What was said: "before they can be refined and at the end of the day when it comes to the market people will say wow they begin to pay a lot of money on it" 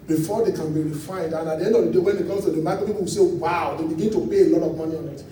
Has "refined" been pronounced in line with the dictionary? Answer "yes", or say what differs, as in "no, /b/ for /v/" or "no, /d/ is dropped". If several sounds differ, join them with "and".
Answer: no, /n/ is dropped